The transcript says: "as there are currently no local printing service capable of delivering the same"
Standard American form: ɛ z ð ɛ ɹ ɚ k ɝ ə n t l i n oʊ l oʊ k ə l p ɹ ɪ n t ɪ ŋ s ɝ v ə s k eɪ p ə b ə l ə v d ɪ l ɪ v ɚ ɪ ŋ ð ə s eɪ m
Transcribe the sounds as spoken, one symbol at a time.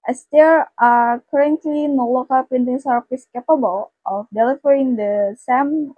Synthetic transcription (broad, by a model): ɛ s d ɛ ɹ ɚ k ɝ ə n t l i n oʊ l oʊ k ə l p ɪ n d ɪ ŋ s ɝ f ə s k eɪ p ə b ə l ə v d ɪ l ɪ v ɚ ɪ ŋ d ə s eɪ m